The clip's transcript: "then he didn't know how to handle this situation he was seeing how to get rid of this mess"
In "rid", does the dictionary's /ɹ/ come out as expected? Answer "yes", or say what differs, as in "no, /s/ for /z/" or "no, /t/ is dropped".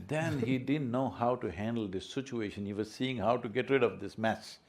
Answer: yes